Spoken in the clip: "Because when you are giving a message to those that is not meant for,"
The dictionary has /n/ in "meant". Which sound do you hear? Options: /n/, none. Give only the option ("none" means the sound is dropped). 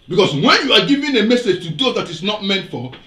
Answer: /n/